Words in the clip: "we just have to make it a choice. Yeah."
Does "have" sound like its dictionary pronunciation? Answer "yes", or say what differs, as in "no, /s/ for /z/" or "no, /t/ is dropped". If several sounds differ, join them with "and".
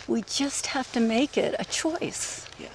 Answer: no, /f/ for /v/